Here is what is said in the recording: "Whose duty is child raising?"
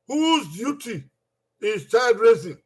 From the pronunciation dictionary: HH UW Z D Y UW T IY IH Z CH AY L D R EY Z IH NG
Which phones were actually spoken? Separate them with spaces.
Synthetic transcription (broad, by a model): HH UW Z D Y UW T IY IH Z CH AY D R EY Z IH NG